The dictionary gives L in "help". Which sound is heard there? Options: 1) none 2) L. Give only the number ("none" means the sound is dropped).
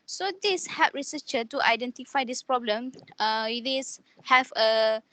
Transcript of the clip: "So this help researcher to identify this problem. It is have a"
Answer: 1